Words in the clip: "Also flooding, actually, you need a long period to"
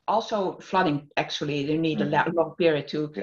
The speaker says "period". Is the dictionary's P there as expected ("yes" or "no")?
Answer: yes